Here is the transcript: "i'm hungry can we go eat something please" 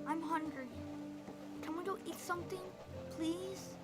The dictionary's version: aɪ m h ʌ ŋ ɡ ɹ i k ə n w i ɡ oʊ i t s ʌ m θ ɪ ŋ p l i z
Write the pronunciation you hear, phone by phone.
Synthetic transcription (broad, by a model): aɪ m h ʌ ŋ ɡ ɹ i k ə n w i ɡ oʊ i t s ʌ m θ ɪ ŋ p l i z